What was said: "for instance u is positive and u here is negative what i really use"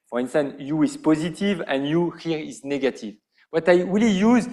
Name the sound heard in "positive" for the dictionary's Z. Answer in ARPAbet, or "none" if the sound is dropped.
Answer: Z